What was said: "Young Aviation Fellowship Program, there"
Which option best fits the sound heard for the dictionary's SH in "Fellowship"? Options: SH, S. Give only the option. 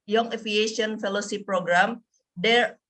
S